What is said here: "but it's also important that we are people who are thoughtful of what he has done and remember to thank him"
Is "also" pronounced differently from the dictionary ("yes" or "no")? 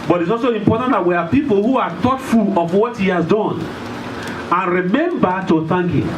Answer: no